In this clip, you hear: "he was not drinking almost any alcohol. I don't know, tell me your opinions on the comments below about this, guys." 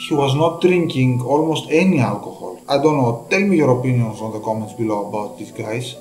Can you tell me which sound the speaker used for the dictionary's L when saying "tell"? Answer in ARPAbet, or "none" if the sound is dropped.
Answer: L